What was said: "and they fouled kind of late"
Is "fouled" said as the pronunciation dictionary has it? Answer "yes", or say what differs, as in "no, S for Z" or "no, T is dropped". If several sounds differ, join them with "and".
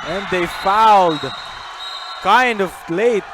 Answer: yes